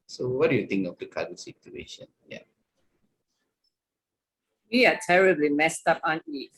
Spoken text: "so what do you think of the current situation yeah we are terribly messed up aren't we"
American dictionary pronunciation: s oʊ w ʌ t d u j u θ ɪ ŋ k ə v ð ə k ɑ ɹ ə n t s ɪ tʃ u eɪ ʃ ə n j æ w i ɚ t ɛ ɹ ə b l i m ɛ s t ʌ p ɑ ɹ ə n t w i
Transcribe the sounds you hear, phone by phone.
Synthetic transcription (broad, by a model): s oʊ w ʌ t d u j u t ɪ ŋ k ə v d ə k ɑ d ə s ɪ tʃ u eɪ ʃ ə n j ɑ w i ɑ t ɛ ɹ ə b l i m ɛ s t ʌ p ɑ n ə t